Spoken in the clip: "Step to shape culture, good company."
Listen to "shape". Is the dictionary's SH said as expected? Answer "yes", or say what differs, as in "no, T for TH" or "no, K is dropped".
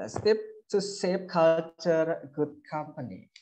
no, S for SH